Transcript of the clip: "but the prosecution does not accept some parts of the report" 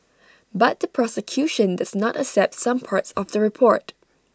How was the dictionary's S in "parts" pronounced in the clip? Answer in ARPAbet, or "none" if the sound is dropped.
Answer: S